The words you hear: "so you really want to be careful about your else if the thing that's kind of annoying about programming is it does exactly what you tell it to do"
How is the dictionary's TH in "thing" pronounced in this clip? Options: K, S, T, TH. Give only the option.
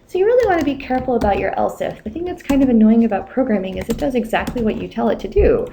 TH